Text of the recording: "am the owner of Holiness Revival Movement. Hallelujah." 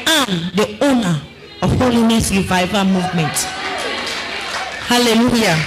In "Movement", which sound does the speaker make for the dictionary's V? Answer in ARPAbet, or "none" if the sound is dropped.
V